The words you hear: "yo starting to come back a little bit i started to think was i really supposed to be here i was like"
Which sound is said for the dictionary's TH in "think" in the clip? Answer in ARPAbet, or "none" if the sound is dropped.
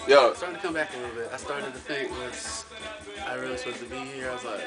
F